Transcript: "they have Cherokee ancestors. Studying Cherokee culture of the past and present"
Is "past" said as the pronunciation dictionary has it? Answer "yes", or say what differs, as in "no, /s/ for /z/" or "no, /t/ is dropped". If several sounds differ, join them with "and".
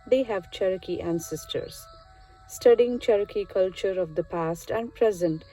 yes